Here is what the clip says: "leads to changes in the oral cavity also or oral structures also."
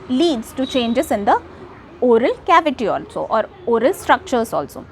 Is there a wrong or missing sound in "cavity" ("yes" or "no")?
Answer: no